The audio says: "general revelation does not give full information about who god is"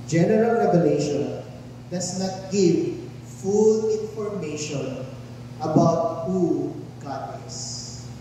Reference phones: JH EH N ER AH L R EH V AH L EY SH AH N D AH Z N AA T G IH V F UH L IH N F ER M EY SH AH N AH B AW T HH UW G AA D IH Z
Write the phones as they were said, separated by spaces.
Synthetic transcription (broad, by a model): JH EH N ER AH L R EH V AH L EY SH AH N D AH S N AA T G IH V F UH L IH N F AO M EY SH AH N AH B AW T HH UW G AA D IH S